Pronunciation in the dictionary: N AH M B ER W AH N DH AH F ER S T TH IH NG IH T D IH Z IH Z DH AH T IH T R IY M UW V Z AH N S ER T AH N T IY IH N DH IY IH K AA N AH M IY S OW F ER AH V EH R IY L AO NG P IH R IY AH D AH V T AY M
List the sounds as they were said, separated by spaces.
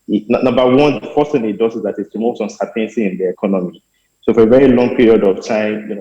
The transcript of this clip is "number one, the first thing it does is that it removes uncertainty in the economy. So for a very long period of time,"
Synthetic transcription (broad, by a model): N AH M B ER W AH N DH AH F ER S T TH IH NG IH T D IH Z IH Z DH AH T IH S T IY M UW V S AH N S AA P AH N S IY IH N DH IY IH K AA N AH M IY S OW F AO AH V EH R IY L AO NG P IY R IY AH D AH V T AY M